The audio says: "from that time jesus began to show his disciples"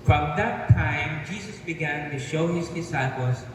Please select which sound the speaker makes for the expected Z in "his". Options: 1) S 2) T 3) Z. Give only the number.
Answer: 3